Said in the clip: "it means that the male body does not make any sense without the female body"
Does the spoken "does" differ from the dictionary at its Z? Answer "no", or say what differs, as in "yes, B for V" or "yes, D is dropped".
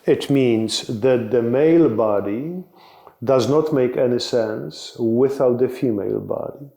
no